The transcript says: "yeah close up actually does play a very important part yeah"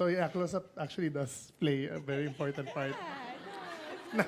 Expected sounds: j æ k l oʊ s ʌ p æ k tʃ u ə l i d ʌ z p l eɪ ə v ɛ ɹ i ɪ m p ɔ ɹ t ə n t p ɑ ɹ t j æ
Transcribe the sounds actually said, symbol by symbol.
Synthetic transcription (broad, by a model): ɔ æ k l oʊ s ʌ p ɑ k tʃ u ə l i d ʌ s p l eɪ ə v ɛ ɹ i ɪ m p ɔ ɹ t ə n t p ɑ ɹ t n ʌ